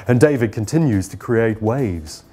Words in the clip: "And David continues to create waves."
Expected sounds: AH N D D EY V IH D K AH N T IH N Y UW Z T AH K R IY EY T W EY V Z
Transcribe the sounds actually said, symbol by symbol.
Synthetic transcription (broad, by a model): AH N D D EY V IH D K AH N T IH N Y UW Z T AH K R IY EY T W EY V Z